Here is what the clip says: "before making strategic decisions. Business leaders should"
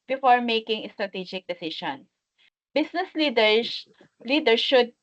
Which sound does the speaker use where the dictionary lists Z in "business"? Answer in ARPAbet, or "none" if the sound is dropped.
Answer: S